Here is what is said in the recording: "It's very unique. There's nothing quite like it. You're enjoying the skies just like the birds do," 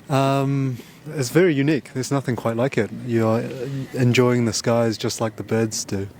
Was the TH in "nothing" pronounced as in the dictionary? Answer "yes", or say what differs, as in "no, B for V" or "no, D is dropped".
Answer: yes